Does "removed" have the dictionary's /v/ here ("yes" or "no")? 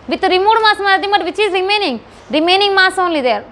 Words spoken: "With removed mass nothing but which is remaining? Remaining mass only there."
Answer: no